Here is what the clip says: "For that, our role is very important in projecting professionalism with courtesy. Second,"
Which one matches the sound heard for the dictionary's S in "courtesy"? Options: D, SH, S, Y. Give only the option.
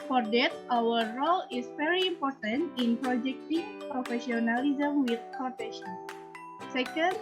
SH